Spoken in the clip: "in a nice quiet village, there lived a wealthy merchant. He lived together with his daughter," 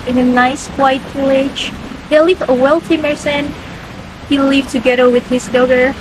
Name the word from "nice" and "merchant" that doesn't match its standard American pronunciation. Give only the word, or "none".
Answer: merchant